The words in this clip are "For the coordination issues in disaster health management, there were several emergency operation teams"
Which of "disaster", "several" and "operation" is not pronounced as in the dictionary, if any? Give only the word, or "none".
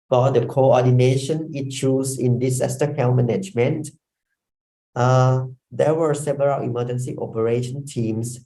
disaster